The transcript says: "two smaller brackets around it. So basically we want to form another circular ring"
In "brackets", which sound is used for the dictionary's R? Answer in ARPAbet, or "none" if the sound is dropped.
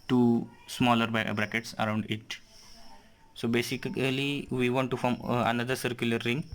R